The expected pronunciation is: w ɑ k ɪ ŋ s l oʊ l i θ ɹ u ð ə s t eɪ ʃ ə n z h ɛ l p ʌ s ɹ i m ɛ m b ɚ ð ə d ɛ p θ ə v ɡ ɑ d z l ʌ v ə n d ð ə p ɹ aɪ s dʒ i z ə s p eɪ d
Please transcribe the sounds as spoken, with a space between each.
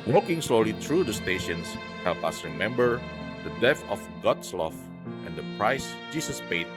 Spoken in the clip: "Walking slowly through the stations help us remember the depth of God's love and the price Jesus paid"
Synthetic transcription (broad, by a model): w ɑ k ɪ ŋ s l oʊ l i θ ɹ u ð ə s t eɪ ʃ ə n s h ɛ l p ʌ s ɹ i m ɛ m b ɚ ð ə d ɛ θ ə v ɡ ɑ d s l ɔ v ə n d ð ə p ɹ aɪ s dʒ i s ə s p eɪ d